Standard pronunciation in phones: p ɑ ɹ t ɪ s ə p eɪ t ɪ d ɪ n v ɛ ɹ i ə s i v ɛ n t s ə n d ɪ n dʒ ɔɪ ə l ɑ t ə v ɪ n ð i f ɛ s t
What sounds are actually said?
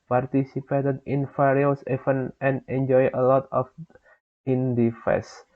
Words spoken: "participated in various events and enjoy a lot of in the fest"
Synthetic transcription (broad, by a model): p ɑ ɹ t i s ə p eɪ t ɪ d ɪ n f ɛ ɹ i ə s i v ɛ n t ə n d ɪ n dʒ ɔɪ ə l ɑ t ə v ɪ n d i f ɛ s